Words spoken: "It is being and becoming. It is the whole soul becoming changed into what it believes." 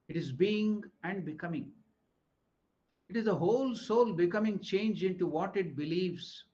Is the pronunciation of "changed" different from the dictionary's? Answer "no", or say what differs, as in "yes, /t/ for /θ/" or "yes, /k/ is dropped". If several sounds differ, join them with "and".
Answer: yes, /d/ is dropped